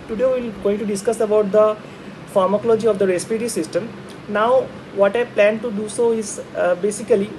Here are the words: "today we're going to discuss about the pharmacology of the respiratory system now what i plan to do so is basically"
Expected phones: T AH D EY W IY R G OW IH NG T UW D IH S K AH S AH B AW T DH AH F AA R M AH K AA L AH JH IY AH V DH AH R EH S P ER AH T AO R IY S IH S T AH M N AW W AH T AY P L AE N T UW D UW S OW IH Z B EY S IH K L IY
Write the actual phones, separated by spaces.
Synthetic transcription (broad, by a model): T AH D EY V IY L G OW IH NG T UW D IH S K AH S AH B AW T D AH F AA R M AH K AA L AH JH IY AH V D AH R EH S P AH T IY S IH S T AH M N AW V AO T AY P L AE N T UW D UW S OW IH Z B EY S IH K L IY